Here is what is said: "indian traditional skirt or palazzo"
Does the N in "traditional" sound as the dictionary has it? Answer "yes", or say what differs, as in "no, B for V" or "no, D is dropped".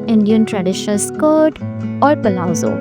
no, N is dropped